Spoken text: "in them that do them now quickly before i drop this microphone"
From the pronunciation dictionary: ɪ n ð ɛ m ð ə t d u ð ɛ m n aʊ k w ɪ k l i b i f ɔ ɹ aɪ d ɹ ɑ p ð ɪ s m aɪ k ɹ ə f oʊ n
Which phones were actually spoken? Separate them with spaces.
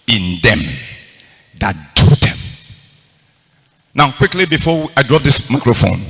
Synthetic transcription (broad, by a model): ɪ n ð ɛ m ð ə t d u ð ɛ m n aʊ k w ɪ k l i b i f ɔ w aɪ d ɹ ɑ p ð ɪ s m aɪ k ɹ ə f oʊ n